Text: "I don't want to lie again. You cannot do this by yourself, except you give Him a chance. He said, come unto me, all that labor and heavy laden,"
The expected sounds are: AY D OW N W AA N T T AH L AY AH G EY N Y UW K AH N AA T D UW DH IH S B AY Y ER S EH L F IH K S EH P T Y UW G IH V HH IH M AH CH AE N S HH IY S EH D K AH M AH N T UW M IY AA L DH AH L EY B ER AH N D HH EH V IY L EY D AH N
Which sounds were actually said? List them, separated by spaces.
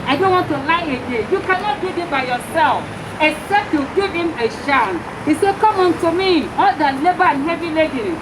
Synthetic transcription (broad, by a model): AY D OW N W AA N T T AH L AY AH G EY Y UW K AH N AA T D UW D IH B AY Y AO S EH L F IH K S EH P T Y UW G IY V HH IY M AH SH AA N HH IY S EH K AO M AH N T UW M IY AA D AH L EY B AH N HH EH V IY L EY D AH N